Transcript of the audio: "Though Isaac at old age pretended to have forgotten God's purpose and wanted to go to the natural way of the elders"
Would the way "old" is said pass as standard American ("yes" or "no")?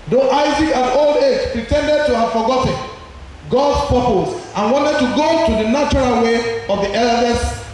yes